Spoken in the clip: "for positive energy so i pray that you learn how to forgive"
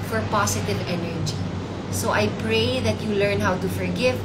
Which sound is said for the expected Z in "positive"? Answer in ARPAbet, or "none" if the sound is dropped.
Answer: S